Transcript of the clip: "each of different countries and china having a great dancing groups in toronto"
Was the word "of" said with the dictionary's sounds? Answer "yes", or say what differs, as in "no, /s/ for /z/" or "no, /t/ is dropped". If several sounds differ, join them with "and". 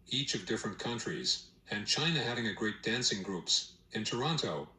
yes